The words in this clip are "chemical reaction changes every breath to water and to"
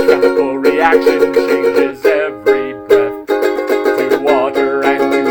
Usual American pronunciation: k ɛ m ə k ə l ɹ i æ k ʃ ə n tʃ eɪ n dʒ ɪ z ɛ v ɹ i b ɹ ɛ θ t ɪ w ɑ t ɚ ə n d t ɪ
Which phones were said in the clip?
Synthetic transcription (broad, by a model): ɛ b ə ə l ɹ i æ k ʃ ə n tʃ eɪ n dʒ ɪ z ɛ v ɹ i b ɛ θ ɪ w ɑ t ɚ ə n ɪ